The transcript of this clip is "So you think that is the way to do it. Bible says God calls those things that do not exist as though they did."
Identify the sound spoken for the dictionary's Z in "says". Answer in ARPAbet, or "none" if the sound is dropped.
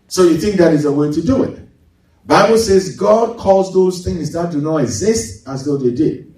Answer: Z